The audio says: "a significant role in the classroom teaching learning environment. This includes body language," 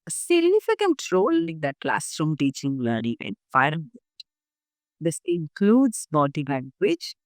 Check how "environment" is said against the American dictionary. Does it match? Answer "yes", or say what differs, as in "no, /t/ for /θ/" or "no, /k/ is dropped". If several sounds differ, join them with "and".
no, /f/ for /v/ and /n/ is dropped